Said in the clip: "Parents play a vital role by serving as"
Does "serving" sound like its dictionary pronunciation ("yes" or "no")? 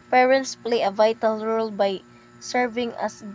yes